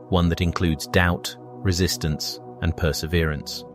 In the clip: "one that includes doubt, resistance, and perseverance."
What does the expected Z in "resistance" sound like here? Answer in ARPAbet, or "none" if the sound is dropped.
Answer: Z